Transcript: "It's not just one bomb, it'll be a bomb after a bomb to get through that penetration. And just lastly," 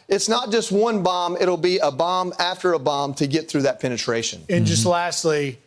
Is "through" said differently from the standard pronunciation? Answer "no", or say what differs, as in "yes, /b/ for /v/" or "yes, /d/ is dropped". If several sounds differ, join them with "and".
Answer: no